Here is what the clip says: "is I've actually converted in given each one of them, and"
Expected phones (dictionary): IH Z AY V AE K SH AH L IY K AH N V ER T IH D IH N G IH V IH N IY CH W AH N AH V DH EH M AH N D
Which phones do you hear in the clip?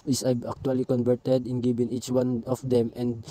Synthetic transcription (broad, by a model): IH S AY B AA K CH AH L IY K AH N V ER T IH D IH N G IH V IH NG IY CH W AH N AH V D EH M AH N D